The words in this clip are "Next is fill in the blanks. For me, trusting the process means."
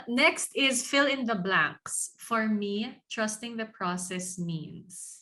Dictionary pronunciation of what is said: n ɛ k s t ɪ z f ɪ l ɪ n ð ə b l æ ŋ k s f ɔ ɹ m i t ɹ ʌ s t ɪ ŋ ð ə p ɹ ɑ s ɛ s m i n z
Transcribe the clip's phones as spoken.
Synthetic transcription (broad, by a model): n ɛ k s t ɪ z f ɪ l ɪ n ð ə b l æ ŋ k s f ɔ ɹ m i t ɹ ʌ s t ɪ ŋ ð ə p ɹ ɑ s ɛ s m i n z